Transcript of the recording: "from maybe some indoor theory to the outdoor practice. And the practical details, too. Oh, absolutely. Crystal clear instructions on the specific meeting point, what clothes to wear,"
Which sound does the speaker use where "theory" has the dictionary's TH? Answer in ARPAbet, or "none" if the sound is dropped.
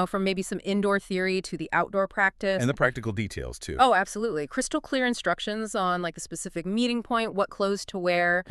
TH